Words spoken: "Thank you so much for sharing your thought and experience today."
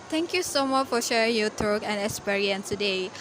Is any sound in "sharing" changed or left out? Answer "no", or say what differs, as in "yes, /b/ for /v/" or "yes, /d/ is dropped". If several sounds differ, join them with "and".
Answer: no